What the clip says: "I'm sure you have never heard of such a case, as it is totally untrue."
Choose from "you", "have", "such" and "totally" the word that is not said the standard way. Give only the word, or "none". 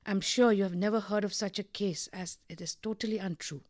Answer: none